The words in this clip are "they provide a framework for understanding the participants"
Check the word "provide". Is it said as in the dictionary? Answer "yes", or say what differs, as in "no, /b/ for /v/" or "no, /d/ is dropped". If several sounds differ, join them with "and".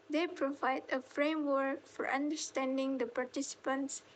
yes